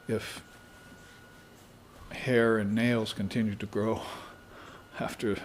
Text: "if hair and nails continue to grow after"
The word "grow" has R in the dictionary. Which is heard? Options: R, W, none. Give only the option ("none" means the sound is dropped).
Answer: R